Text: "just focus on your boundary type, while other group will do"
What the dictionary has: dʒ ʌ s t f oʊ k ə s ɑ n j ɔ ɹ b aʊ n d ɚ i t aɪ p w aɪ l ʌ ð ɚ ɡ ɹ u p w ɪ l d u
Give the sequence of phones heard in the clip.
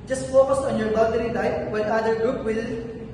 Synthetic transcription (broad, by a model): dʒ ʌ s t f oʊ k ə s ɑ n j ɔ ɹ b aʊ d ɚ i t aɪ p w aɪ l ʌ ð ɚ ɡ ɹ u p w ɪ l